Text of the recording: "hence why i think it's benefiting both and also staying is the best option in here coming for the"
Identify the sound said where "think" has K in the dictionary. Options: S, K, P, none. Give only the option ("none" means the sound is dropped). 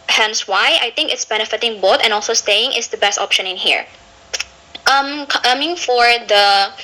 K